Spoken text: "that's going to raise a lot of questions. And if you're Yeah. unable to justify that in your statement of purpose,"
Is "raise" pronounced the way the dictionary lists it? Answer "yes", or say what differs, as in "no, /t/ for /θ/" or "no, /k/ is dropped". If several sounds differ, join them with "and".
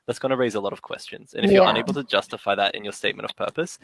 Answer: yes